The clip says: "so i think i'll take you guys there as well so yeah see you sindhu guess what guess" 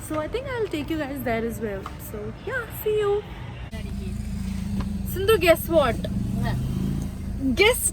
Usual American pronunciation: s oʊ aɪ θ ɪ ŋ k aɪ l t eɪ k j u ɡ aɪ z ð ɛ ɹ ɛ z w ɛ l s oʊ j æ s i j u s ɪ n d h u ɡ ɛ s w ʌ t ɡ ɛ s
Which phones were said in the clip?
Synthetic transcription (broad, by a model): s oʊ aɪ t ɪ ŋ k aɪ l t eɪ k j u ɡ aɪ z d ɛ ɹ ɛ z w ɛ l s oʊ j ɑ s i j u s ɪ n d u ɡ ɛ s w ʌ t ɡ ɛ s